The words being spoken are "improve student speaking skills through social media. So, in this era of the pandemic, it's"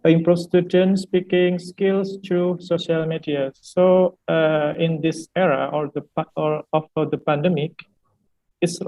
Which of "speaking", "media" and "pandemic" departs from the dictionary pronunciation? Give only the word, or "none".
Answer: none